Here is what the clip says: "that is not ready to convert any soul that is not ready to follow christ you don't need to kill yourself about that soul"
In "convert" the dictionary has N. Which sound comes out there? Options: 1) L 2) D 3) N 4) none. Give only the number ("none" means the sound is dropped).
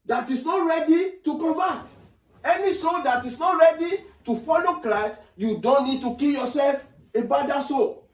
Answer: 4